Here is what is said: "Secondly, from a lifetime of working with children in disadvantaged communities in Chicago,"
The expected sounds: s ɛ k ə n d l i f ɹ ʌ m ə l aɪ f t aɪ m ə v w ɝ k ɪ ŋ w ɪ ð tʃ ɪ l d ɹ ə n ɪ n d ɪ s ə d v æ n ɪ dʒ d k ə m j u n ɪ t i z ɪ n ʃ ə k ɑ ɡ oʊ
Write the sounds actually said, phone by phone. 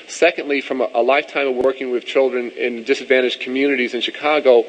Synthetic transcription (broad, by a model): s ɛ k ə n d l i f ɹ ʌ m ə l aɪ f t aɪ m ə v w ɝ k ɪ ŋ w ɪ ð tʃ ɪ l d ɹ ə n ɪ n d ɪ s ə d v æ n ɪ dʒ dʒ k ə m j u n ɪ t i z ɪ n ʃ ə k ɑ ɡ oʊ